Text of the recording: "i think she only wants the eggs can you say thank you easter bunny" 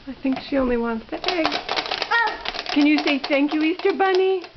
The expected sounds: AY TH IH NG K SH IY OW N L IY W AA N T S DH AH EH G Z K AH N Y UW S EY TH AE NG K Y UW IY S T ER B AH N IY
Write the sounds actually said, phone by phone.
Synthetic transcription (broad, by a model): AY TH IH NG K SH IY OW N L IY W AA N T S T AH EH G K AH N Y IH S EY TH AE NG K Y UW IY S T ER B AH N IY